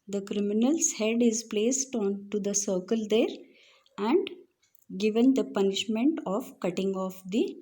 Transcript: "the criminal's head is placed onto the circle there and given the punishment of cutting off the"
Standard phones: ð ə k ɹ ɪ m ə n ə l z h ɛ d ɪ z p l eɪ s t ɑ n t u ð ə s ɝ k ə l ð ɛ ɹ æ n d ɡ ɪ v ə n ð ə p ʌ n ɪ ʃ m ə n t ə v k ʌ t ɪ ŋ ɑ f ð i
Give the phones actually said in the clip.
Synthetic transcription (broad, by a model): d ə k ɹ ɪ m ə n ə l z h ɛ d ɪ z p l eɪ s t ɑ n t u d ə s ɝ k ə l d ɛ ɹ æ n d ɡ ɪ v ə n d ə p ʌ n ɪ ʃ m ə n t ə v k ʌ t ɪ ŋ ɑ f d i